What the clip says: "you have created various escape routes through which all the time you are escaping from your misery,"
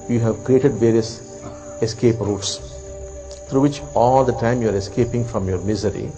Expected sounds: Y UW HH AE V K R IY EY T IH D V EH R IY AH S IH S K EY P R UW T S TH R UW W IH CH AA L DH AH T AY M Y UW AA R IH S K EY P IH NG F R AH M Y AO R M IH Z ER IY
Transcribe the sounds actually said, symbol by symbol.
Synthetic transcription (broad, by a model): Y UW HH AE V K R IY EY T IH D V EH R IY AH S IH S K EY P R UW T S T R UW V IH CH AA L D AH T AY M Y UW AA R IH S K EY P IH NG F R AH M Y AO R M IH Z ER IY